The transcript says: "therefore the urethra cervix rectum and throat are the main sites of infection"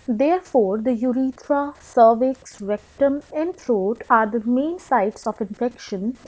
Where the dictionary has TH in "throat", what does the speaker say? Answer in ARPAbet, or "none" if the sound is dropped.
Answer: F